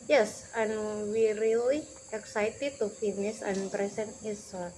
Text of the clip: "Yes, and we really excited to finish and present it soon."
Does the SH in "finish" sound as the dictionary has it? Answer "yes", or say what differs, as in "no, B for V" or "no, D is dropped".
no, S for SH